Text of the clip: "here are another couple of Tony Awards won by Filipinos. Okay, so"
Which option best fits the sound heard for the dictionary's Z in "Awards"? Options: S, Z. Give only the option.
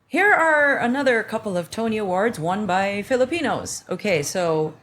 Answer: Z